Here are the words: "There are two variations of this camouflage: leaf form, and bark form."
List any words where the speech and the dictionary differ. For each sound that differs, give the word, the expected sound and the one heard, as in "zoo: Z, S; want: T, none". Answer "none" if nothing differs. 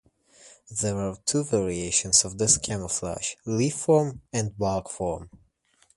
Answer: camouflage: ZH, SH; bark: R, L